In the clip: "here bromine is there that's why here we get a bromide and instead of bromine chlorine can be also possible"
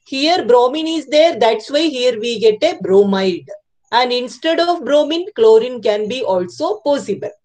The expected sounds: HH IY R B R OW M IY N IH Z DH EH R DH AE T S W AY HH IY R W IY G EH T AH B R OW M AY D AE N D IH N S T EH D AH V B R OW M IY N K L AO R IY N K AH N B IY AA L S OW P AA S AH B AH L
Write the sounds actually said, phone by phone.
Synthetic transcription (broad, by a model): HH IY R B R OW M IY N IH Z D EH R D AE T S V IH HH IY R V IY G EH T AH B R OW M AY D AE N D IH N S T EH D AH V B R OW M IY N K L AO R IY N K AH N B IY AA L S OW P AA S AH B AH L